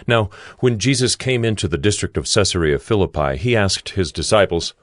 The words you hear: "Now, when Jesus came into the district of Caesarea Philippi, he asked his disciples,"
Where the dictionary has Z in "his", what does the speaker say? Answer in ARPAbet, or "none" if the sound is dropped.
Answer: Z